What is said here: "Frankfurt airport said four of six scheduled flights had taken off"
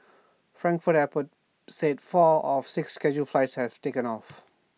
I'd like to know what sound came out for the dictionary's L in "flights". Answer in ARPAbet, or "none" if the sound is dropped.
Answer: L